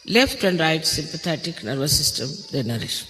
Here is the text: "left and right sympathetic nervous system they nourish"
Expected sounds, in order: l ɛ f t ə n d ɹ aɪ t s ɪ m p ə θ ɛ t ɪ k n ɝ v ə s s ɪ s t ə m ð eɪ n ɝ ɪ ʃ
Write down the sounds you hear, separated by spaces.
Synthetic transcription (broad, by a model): l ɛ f t ə n d ɹ aɪ t s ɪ m p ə t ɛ t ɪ k n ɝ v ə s s ɪ s t ə m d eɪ n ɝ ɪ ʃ